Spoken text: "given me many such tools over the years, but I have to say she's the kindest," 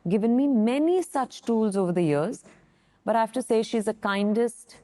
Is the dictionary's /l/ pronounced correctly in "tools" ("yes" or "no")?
yes